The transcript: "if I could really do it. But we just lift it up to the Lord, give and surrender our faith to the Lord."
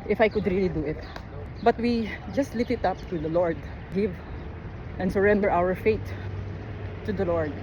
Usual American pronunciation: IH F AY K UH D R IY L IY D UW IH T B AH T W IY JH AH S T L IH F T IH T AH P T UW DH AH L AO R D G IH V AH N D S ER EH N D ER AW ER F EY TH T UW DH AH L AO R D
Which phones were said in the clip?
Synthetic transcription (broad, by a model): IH F AY K UH D R IY L IY D UW IH T B AH T W IY JH AH S T L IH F IH T AH P T UW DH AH L AO R D G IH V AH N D S ER EH N D ER AW ER F EY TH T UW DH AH L AO R D